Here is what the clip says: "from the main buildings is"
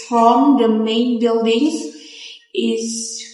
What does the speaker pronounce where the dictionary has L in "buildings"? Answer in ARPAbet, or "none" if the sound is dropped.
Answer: L